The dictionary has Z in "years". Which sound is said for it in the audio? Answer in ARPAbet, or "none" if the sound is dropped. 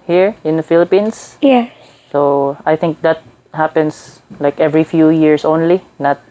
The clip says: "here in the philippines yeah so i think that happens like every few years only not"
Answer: S